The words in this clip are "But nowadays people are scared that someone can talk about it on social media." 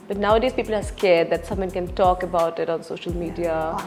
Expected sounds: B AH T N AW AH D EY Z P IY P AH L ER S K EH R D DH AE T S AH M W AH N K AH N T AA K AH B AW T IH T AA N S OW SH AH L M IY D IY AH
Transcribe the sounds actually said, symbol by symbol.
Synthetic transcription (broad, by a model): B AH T N AW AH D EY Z P IY P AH L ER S K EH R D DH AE T S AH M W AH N K AH N T AA K AH B AW T IH T AA N S OW SH AH L M IY D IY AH